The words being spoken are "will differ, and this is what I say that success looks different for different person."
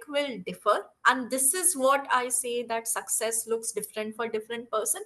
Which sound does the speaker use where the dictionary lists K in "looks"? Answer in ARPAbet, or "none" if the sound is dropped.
K